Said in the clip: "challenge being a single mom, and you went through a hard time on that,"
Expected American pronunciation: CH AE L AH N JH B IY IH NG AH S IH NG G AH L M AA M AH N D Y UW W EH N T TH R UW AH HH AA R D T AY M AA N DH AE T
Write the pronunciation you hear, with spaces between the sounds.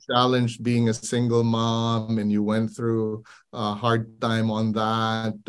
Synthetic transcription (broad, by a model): CH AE L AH N JH B IY IH NG AH S IH NG G L M AA M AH N Y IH W EH N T TH R UW AH HH AA R D T AY M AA N DH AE T